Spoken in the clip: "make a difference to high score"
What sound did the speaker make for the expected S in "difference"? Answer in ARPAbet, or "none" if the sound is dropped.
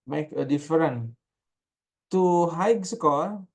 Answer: none